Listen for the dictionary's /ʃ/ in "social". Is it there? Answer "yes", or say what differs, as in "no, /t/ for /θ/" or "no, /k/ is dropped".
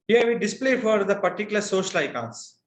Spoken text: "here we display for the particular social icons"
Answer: yes